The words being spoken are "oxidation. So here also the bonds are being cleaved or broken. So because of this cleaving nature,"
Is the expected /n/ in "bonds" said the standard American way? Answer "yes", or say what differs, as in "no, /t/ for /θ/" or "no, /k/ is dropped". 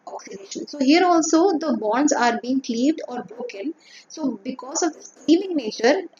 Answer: yes